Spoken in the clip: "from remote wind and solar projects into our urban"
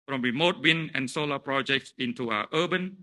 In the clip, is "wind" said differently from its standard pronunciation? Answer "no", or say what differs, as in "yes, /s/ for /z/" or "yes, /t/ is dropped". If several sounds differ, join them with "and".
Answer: yes, /d/ is dropped